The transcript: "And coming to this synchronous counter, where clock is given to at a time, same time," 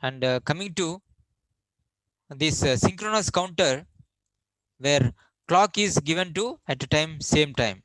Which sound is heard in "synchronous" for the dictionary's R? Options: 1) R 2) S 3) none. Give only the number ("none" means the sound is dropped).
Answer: 1